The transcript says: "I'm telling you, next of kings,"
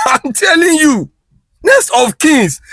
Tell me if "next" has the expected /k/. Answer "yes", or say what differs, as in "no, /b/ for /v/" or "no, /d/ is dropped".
no, /k/ is dropped